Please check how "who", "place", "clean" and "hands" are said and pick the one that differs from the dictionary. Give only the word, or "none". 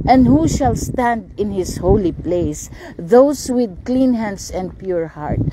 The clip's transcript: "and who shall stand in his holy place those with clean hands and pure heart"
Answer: hands